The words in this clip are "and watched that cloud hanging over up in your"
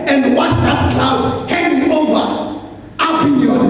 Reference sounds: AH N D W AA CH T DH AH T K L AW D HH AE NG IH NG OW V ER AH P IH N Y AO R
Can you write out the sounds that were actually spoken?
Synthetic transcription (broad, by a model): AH N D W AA S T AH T K L AW D HH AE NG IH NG OW V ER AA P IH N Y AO